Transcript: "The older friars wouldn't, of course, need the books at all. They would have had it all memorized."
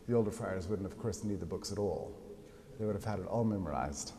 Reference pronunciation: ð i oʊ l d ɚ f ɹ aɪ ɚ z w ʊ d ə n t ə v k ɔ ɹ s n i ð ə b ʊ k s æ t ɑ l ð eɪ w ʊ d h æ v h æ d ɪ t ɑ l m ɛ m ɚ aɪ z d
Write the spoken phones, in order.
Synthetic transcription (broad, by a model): ð i oʊ l d ɚ f ɹ aɪ ɚ z w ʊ d n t ə v k ɔ ɹ s n i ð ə b ʊ k s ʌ t ɑ l ð eɪ w ʊ d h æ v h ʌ d ɪ t ɑ l m ɛ m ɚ aɪ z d